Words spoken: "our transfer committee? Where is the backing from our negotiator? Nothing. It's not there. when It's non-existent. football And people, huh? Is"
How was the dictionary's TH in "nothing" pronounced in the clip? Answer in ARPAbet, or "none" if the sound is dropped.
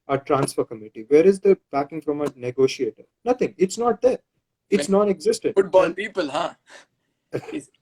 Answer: T